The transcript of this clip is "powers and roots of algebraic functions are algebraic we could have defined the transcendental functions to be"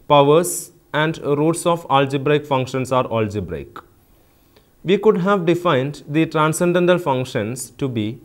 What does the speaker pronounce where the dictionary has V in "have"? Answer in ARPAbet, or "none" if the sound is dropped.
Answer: V